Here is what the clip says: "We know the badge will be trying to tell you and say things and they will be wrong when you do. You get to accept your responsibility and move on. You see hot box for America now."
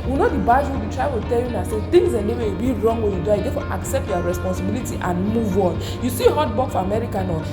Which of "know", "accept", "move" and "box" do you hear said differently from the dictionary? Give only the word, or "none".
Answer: box